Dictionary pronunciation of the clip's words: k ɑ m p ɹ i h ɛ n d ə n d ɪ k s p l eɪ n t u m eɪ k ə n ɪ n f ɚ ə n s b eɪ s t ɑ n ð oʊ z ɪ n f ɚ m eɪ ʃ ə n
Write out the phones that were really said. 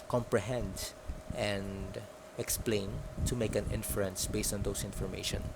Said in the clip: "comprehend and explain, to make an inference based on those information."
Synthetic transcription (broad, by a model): k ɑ m p ɹ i h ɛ n d ə n d ɪ k s p l eɪ n t u m eɪ k ə n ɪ n f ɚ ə n s b eɪ s t ɑ n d oʊ s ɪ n f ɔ m eɪ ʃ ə n